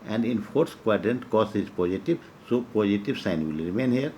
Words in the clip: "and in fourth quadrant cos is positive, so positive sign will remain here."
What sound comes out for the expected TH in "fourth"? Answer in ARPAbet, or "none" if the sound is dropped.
S